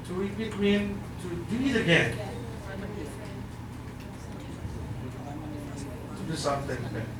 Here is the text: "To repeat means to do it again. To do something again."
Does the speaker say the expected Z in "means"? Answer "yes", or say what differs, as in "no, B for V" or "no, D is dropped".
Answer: no, Z is dropped